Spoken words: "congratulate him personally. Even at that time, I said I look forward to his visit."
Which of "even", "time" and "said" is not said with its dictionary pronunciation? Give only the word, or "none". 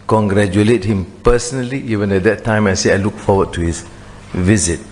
said